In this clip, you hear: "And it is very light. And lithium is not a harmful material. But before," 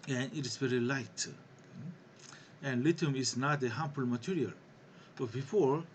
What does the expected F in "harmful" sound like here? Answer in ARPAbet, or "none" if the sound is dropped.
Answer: P